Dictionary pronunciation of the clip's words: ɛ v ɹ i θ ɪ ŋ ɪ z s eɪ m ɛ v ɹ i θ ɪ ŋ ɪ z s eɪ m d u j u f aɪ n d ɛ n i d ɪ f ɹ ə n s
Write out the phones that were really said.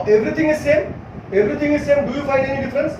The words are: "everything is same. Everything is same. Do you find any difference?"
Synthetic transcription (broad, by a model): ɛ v ɹ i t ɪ ŋ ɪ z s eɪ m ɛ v ɹ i t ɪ ŋ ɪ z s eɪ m d u j u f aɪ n ɛ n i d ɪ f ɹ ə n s